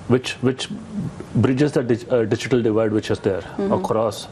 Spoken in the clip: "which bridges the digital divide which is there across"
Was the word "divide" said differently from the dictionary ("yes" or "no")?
no